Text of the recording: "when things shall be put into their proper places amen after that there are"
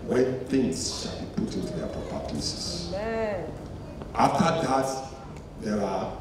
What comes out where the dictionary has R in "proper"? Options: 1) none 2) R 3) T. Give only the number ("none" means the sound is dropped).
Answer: 1